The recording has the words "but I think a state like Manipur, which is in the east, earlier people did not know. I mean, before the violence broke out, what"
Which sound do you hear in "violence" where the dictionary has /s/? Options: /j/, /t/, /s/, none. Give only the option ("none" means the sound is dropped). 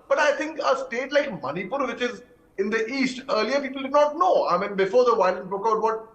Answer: none